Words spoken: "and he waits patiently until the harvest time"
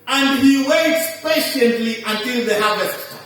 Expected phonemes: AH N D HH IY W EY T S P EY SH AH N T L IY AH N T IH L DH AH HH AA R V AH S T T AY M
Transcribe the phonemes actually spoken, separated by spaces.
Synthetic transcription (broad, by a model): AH N D HH IY W EY T S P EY SH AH N T L IY AH N T IH L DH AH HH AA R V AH S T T